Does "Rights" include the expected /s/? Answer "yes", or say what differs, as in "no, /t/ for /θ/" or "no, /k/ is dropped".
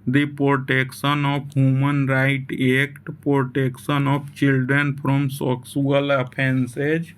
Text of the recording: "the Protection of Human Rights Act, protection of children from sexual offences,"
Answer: no, /s/ is dropped